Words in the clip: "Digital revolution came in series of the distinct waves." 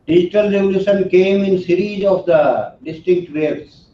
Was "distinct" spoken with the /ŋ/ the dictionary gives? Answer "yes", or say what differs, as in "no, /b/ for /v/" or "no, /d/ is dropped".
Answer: no, /ŋ/ is dropped